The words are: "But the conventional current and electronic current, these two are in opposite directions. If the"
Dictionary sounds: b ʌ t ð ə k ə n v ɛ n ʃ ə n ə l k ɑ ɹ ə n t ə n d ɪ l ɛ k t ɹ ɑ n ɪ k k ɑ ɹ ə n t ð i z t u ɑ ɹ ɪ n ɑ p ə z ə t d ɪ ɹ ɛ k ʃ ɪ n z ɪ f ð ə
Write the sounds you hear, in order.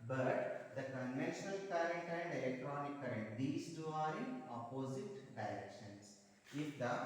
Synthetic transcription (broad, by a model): b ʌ t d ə k ə n v ɛ n ʃ ə n ə l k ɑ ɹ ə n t ə n d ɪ l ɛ k t ɹ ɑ n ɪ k k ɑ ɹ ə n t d i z t u ɑ ɹ ɪ n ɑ p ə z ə t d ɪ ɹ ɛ k ʃ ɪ n s ɪ f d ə